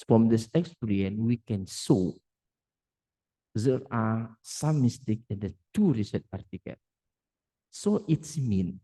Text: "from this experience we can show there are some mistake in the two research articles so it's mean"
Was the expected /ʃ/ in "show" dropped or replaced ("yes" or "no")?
yes